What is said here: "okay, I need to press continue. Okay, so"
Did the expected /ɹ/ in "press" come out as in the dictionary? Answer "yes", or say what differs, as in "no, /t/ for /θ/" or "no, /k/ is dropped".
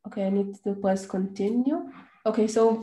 no, /l/ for /ɹ/